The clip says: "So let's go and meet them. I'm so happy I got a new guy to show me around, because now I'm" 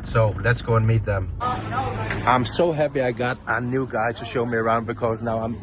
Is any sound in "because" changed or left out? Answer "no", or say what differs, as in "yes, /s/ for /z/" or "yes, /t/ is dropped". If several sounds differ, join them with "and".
no